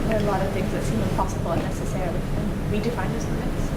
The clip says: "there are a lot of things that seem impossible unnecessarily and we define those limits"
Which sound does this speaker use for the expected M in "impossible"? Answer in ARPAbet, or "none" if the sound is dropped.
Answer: none